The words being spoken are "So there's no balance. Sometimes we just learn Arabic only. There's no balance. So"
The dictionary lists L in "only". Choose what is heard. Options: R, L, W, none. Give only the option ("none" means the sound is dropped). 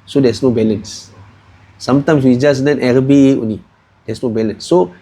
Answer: none